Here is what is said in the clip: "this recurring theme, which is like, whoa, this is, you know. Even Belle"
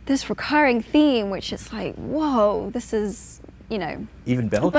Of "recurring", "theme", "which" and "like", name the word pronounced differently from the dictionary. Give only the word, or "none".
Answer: none